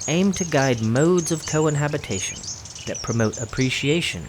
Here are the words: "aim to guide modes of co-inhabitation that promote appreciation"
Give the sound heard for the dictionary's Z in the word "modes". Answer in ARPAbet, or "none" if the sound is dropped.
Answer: Z